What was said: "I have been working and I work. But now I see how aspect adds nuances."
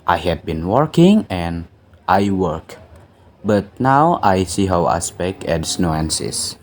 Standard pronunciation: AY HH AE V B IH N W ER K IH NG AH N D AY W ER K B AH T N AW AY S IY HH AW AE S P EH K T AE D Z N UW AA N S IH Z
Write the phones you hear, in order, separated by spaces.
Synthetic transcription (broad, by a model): AY HH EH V B IH N W ER K IH NG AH N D AY W ER K B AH T N AW AY S IY HH AW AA S P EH K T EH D S N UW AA N S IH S